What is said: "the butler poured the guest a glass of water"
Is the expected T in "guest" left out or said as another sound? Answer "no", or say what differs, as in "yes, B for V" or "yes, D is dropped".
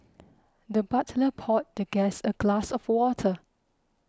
yes, T is dropped